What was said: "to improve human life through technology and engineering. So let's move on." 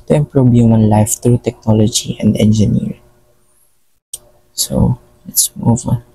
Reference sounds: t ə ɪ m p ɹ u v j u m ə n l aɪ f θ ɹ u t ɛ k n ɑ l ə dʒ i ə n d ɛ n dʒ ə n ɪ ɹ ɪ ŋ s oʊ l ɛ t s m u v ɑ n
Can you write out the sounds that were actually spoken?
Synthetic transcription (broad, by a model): t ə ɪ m p ɹ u b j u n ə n l aɪ f t ɹ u t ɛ k n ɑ l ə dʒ i ə n d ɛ n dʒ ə n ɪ ɹ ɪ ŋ s oʊ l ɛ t s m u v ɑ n